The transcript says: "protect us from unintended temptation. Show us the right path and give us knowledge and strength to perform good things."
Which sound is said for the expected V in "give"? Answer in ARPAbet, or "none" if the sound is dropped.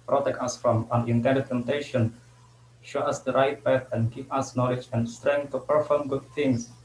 P